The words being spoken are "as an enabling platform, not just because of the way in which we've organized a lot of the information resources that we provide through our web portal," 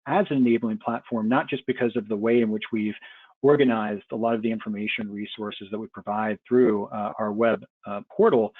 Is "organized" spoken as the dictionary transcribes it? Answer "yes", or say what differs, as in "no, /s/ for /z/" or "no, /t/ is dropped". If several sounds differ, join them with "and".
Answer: yes